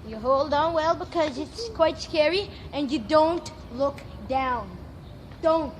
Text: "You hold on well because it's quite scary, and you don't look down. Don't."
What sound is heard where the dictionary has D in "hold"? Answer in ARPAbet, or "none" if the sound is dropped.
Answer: D